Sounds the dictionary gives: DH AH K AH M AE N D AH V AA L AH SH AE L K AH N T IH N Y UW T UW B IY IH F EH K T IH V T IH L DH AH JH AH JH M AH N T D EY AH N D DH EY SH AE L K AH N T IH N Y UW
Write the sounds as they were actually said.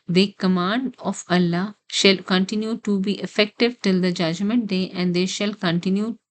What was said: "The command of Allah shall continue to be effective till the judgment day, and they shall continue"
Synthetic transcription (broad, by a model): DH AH K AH M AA N D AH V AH L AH SH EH L K AH N T IH N Y UW T UW B IY IH F EH K T IH V T IH L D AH JH AH JH M AH N T D EY AH N D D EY SH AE L K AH N T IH N Y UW